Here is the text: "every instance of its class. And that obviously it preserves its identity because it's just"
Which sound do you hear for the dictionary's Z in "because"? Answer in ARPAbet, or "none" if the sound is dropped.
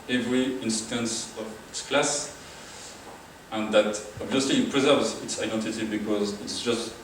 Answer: Z